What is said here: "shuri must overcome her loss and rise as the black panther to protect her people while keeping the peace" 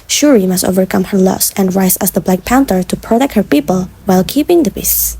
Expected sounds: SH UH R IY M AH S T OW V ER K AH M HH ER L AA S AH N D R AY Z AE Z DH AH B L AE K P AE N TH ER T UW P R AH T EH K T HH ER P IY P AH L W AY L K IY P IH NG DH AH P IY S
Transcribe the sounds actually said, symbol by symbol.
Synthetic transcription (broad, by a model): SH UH R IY M AH S T OW V ER K AH M HH ER L AA S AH N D R AY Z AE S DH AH B L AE K P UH N T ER T UW P R AH T EH K T HH ER P IY P AH L W AY L K IY P IH NG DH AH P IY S